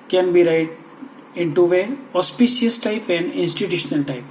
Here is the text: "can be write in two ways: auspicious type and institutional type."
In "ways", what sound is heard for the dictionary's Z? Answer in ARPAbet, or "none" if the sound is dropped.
none